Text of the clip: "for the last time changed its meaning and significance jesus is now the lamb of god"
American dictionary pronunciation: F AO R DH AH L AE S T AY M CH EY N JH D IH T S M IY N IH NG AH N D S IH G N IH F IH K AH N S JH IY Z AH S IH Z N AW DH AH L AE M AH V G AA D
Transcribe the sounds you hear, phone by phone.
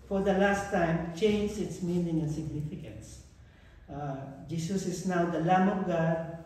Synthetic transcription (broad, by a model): F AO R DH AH L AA S T AY M CH EY N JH IH T S M IY N IH NG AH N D S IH G N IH F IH K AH N S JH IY S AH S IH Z N AW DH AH L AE M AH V G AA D